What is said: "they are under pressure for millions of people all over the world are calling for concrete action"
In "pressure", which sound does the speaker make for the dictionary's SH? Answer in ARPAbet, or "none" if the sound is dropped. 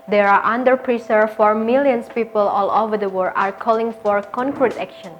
S